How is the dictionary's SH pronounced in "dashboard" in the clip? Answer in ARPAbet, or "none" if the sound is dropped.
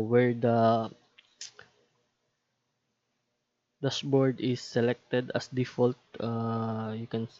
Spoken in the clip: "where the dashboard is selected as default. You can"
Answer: S